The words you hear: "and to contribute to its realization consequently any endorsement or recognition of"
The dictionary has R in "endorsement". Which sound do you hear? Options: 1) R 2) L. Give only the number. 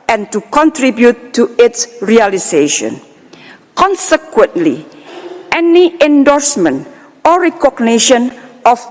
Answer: 1